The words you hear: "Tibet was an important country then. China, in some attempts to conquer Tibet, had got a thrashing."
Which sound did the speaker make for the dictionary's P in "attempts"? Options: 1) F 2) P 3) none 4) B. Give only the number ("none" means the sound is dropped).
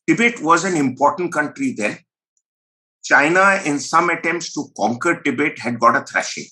2